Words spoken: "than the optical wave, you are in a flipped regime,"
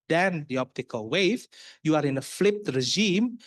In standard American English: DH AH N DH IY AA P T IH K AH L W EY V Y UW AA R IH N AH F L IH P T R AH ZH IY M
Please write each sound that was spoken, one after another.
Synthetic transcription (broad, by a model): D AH N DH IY AA P T IH K AH L W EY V Y UW AA R IH N AH F L IH P T R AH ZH IY M